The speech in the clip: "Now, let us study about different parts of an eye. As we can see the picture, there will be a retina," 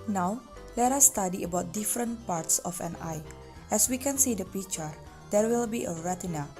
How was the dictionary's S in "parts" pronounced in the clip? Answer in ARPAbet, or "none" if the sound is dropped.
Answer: S